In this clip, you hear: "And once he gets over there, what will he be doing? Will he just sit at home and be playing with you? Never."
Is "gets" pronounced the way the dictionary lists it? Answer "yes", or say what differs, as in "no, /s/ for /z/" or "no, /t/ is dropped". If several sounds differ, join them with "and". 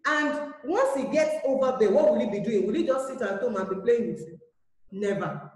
no, /s/ is dropped